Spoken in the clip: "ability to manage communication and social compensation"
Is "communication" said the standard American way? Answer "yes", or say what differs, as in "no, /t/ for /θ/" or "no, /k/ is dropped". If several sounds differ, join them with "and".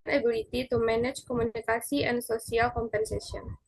no, /s/ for /ʃ/ and /n/ is dropped